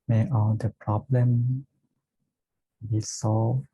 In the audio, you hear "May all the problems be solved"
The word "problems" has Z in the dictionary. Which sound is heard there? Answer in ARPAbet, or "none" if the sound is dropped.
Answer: none